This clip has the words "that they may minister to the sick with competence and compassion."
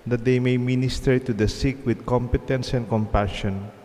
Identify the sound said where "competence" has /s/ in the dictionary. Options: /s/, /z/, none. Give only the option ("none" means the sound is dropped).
/s/